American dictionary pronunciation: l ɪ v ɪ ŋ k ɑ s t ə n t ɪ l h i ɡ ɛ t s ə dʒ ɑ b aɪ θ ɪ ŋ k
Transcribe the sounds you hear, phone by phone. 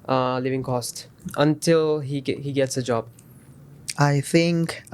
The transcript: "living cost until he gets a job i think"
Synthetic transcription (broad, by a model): l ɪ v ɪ ŋ k ɑ s t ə n t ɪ l h i ɡ ɛ t s ə dʒ ɑ b aɪ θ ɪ ŋ k